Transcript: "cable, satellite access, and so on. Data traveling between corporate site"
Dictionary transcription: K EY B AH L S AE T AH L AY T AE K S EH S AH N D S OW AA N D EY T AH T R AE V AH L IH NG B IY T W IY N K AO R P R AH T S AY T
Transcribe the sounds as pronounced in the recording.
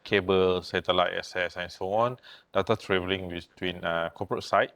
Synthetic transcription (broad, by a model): K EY B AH L S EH T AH L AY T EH S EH S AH N S OW AA N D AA T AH T R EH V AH L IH NG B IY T W IY N K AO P R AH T S AY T